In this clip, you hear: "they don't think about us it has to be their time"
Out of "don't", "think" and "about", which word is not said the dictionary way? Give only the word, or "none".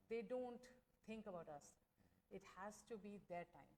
think